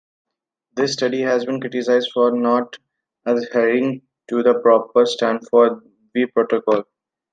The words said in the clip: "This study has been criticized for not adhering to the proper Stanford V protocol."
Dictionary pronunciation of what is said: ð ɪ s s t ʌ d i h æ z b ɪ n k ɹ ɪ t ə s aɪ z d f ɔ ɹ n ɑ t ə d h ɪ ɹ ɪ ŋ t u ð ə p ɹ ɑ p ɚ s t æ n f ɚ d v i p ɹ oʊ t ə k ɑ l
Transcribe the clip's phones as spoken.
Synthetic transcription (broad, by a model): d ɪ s s t ʌ d i h æ z b ɪ n k ɹ ɪ t ə s aɪ z d f ɔ ɹ n ɑ t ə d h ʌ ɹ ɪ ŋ t u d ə p ɹ ɑ p ɚ s t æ n f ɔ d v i p ɹ oʊ t ə k ɑ l